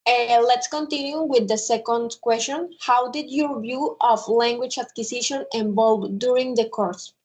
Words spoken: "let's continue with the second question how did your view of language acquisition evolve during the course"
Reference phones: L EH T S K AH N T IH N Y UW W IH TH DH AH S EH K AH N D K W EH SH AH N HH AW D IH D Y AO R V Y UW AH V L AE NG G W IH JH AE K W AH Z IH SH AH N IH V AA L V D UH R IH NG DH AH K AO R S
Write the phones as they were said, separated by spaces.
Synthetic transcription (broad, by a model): L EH T S K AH N T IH N Y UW W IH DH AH S EH K AH N D K W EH S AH N HH AW D IH D Y AO R V Y UW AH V L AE NG G W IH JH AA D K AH S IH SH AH N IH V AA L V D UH R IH NG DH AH K AO R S